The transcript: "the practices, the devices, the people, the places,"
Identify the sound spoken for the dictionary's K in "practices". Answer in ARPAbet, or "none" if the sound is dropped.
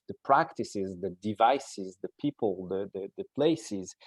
K